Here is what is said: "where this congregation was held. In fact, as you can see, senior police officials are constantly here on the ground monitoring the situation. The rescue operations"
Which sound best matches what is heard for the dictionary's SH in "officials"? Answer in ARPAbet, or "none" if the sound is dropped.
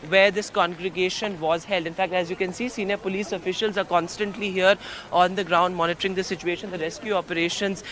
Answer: SH